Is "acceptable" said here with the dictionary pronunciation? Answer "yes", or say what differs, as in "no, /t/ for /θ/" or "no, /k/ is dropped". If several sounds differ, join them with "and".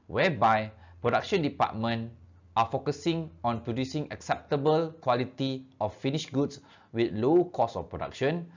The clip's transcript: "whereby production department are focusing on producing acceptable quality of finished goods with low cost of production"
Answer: yes